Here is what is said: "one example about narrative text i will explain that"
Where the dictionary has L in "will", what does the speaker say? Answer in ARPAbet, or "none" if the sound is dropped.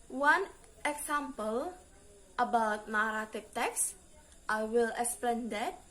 L